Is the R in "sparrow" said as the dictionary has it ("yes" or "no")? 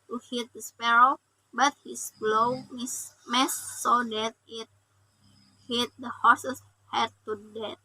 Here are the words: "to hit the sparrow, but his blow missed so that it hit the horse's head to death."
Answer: yes